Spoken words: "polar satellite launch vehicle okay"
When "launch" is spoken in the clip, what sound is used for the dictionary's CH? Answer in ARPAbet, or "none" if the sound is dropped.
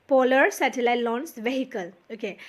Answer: S